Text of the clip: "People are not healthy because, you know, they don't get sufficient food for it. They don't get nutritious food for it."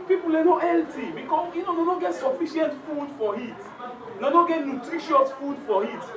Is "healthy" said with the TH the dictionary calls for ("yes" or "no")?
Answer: no